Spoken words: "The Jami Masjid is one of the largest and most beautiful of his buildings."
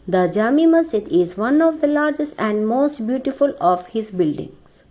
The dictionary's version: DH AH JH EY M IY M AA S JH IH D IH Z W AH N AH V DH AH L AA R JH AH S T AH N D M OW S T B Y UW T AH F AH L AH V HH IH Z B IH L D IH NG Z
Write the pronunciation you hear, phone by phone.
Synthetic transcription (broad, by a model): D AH JH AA M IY M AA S IH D IH Z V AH N AH V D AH L AA R JH AH S T AH N D M OW S T B Y UW T AH F AH L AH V HH IH Z B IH L D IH NG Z